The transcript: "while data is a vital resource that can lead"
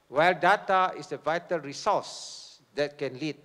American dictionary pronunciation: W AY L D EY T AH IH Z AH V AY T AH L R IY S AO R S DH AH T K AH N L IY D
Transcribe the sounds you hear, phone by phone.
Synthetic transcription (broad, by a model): W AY L D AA T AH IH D AH V AY T AH L R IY S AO S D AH T K AH N L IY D